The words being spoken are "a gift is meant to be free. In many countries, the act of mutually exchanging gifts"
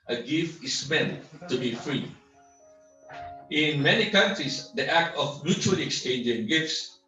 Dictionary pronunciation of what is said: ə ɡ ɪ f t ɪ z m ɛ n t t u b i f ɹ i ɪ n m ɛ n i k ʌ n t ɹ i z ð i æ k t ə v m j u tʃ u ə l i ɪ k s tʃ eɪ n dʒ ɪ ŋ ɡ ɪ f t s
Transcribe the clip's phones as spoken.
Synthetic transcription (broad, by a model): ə ɡ ɪ f t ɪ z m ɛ n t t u b i f ɹ i ɪ n m ɛ n i k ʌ n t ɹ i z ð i æ k t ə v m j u tʃ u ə l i ɪ k s tʃ eɪ n dʒ ɪ ŋ ɡ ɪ f t s